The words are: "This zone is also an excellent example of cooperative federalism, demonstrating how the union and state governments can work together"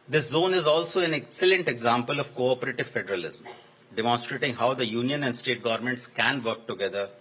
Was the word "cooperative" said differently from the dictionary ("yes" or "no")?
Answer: no